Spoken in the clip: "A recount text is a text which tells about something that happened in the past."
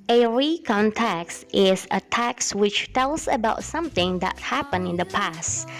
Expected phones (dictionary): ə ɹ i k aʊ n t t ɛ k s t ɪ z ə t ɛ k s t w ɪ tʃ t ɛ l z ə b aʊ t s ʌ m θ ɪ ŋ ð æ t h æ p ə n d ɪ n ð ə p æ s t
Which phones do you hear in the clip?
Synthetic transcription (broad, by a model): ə ɹ i k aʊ n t t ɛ k s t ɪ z ə t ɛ k s w ɪ tʃ t ɛ l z ə b aʊ t s ʌ m θ ɪ ŋ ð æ t h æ p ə n ɪ n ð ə p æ s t